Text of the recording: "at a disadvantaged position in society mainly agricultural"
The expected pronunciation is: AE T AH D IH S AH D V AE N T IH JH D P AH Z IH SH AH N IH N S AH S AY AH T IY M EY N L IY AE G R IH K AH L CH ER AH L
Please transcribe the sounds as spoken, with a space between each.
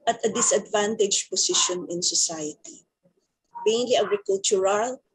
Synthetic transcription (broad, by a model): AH T AH D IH S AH D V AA N T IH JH P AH S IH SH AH N IH N S AH S AY AH T IY M EY N L IY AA G R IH K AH L CH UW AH L